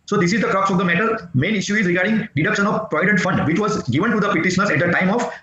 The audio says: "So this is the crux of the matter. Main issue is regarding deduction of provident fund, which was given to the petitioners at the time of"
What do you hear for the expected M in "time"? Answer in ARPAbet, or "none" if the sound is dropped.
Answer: M